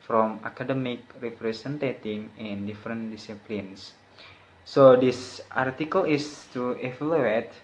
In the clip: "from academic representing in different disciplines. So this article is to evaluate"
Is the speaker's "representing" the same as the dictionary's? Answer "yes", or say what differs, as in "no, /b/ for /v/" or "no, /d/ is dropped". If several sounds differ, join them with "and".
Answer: no, /s/ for /z/